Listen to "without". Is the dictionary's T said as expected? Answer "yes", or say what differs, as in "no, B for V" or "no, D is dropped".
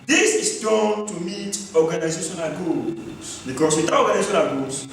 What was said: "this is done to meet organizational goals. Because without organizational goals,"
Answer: no, T is dropped